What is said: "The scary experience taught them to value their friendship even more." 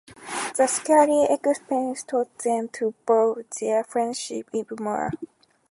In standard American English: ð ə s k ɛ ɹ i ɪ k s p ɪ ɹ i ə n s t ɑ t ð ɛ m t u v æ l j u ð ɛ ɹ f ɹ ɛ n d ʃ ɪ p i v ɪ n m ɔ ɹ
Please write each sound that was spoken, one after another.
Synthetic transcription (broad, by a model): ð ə s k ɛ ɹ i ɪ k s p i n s t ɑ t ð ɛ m t u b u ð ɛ f ɹ ɛ n d ʃ ɪ p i b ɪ m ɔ ɹ